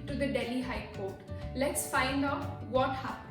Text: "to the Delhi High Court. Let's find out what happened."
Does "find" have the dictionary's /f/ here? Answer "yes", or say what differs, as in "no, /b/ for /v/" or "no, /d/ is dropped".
yes